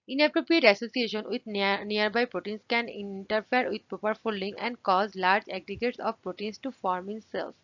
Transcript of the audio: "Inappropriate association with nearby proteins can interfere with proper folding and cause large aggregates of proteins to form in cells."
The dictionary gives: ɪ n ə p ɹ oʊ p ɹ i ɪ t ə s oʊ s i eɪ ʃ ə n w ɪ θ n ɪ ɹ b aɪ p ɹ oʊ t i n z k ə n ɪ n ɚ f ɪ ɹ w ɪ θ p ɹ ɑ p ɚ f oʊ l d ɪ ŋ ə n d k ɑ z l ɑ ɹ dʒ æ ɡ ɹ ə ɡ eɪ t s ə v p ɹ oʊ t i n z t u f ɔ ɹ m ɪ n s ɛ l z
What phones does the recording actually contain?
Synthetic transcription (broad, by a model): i n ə p ɹ oʊ p ɹ i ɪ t ə s oʊ s i eɪ ʃ ə n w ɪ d n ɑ ɹ b aɪ p ɹ oʊ t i n s k ə n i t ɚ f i ɹ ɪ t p ɑ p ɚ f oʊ l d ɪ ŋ ə n d k ɑ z l ɑ ɹ dʒ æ ɡ ɹ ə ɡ eɪ t s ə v p ɹ oʊ t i n s t u f ɔ ɹ m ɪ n s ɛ l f